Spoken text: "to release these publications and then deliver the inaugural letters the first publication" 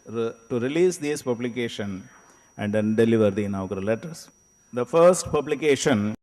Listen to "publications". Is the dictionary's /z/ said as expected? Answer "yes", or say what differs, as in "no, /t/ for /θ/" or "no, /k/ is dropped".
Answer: no, /z/ is dropped